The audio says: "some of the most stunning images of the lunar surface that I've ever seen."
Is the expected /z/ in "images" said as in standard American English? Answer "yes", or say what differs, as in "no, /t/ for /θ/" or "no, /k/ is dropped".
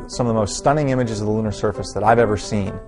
yes